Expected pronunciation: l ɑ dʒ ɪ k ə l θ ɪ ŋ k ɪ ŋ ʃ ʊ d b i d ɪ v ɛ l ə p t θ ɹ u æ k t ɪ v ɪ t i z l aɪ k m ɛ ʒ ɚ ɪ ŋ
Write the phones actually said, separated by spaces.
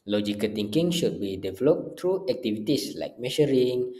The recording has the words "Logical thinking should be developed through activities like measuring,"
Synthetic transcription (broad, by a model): l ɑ dʒ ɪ k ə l t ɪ ŋ k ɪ ŋ ʃ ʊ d b i d ɪ v ɛ l ə p t ɹ u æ k t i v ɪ t i s l aɪ k m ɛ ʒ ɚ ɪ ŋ